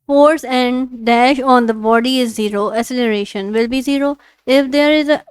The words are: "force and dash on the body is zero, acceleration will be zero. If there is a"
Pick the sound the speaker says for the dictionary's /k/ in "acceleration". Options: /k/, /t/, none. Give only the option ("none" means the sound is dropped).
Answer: none